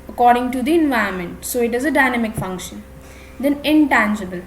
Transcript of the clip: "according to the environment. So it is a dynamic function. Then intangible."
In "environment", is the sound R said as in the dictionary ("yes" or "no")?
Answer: no